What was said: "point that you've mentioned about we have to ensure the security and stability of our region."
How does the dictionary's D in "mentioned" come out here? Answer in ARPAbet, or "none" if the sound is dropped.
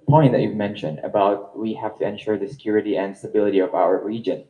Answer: D